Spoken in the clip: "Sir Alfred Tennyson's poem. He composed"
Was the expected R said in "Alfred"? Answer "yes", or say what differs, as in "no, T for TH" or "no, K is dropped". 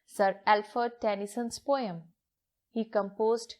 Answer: no, R is dropped